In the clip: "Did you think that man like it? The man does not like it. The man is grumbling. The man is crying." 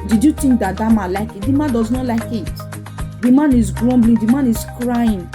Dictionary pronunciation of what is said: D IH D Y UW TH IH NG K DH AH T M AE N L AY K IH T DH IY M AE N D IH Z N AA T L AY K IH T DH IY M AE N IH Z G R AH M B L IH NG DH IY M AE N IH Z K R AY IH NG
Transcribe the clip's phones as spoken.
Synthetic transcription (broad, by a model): D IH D Y UW T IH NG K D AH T M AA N L AY K IH T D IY M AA N D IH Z N AA T L AY K IH T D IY M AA N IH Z G R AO M B L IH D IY M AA N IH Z K R AY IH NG